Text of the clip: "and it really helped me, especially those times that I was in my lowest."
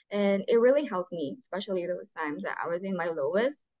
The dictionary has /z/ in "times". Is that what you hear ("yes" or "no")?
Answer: yes